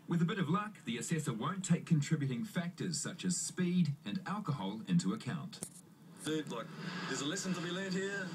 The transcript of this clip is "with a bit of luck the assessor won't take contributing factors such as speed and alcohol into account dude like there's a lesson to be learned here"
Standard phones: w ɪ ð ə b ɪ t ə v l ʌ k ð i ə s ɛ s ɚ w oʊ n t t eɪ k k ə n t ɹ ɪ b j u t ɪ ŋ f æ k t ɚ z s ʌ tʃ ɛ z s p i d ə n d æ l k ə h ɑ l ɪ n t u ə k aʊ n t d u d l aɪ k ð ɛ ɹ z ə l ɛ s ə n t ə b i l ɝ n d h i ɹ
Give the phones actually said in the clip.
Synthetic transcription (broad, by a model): w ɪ ð ə b ɪ t ə v l ʌ k ð i ə s ɛ s ɚ w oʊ n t t eɪ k k ə n t ɹ ɪ b j u t ɪ ŋ f æ k t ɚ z s ʌ tʃ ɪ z s p i d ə n æ l k ə h ɑ l ɪ n t u ə k aʊ n t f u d l aɪ k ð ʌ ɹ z ə l ɛ s ə n t ə b i l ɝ d h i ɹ